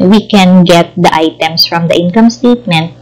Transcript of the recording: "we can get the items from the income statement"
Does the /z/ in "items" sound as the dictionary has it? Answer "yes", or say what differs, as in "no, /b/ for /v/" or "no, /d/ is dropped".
no, /s/ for /z/